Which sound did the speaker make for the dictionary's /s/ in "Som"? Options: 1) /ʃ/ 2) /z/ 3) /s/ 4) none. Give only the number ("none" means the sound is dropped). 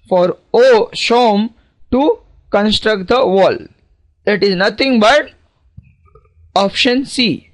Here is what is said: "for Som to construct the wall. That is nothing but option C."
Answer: 1